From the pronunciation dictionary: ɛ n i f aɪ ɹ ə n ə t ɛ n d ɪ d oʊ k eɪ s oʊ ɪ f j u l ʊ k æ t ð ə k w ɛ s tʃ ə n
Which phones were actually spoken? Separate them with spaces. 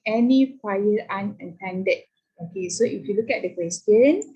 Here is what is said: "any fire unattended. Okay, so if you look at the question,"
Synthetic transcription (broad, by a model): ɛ n i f aɪ l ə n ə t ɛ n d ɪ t oʊ k eɪ s oʊ ɪ f j u l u k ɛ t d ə k w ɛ s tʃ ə n